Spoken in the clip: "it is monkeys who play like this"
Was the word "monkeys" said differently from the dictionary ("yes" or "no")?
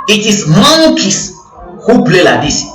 yes